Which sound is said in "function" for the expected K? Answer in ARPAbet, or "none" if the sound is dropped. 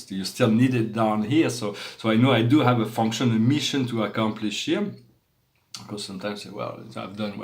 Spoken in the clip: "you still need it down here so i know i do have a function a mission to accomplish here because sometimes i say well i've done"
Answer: K